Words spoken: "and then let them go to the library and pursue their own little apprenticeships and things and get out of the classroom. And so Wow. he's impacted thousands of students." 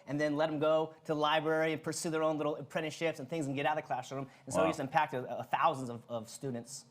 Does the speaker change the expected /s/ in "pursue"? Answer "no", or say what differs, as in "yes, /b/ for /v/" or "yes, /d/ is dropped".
no